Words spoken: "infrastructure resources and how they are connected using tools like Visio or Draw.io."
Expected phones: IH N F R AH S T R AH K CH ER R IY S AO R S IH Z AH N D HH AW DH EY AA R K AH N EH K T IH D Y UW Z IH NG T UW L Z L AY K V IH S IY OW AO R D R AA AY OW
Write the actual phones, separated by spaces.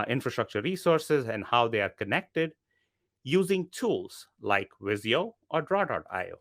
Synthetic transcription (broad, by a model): IH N F R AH S T R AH K CH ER R IY S AO R S IH Z AH N D HH AW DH EY AA R K AH N EH K T IH D Y UW Z IH NG T UW L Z L AY K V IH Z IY OW AO R D R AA AY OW